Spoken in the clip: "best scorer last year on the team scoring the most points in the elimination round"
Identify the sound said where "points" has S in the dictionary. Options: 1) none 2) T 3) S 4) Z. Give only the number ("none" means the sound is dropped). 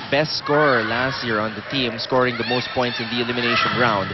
3